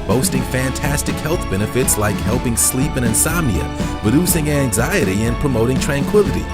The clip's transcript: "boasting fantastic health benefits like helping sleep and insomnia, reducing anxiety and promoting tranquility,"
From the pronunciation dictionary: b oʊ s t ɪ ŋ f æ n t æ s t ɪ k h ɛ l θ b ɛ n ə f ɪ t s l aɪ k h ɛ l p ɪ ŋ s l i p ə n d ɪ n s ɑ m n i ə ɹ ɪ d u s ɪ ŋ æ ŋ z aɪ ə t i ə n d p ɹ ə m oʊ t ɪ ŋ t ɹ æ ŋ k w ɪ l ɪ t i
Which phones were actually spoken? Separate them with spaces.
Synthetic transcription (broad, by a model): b oʊ s t ɪ ŋ f æ n t æ s t ɪ k h ɛ l θ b ɛ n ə f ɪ t s l aɪ k h ɛ l p ɪ ŋ s l i p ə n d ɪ n s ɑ m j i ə ɹ ɪ d u s ɪ ŋ æ ŋ z aɪ ə t i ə n p ɹ ə m oʊ t ɪ ŋ t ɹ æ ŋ k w ɪ l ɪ t i